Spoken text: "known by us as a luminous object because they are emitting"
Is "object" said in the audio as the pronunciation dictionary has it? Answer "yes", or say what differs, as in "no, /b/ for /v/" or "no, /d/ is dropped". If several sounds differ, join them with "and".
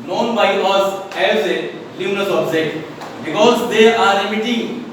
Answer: no, /k/ is dropped